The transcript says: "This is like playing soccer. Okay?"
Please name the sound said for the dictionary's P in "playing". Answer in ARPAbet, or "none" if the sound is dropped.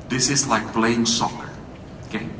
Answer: B